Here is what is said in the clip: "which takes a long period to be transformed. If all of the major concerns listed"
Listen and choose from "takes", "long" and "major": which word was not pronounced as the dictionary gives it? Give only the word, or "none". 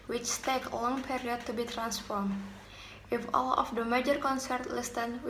takes